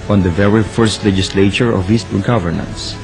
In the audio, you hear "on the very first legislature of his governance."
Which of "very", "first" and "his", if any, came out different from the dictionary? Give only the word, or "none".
his